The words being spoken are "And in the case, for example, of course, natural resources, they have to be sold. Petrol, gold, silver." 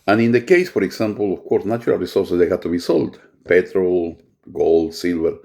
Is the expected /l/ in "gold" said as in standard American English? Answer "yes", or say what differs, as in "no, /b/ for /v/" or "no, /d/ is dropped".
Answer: yes